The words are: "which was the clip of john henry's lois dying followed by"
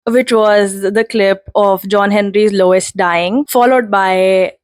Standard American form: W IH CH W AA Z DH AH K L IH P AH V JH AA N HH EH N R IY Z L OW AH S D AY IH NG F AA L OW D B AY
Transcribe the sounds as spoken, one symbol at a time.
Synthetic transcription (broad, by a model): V IH CH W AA Z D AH K L IH P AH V JH AA N HH EH N R IY Z L OW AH S D AY IH NG F AA L OW D B AY